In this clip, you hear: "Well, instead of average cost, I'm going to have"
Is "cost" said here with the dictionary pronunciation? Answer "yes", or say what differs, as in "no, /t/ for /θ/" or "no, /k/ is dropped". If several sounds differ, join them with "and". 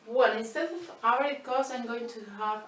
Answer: no, /t/ is dropped